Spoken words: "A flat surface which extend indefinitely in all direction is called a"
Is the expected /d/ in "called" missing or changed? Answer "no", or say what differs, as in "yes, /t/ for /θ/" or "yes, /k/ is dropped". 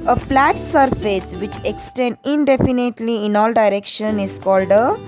no